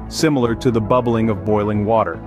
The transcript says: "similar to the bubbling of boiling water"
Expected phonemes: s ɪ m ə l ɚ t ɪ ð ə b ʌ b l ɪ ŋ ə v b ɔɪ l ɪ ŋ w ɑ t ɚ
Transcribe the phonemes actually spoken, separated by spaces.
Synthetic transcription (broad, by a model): s ɪ m l ɚ t ɪ ð ə b ʌ b l ɪ ŋ ə v b ɔɪ l ɪ ŋ w ɑ t ɚ